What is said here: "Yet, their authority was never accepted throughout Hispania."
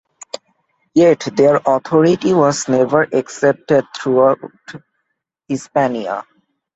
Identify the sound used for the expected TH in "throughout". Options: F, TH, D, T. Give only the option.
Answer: T